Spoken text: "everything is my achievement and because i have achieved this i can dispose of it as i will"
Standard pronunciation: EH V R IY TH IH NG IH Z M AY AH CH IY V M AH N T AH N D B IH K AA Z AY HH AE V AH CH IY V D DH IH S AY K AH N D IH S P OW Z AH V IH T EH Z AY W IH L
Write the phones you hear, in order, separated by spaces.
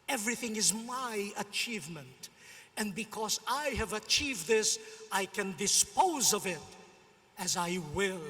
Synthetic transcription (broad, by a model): EH V R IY TH IH NG IH Z M AY AH CH IY V M AH N T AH N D B IH K AA Z AY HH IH V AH CH IY V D DH IH S AY K AH N D IH S P OW Z AH V IH T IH Z AY W IH L